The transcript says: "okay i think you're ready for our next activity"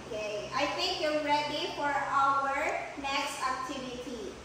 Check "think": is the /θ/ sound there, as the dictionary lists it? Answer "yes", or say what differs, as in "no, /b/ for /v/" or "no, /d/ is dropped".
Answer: no, /t/ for /θ/